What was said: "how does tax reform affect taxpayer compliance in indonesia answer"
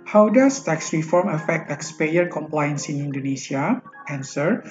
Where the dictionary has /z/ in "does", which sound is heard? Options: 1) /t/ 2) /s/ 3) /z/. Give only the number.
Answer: 2